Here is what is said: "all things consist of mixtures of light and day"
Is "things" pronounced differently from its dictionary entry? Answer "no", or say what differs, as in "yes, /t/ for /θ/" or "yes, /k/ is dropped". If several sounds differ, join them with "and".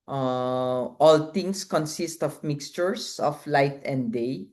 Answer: yes, /t/ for /θ/ and /s/ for /z/